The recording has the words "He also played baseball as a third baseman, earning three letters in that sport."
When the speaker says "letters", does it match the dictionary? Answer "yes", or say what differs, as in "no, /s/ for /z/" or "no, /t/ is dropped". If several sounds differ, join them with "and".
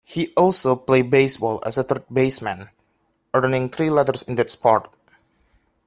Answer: no, /s/ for /z/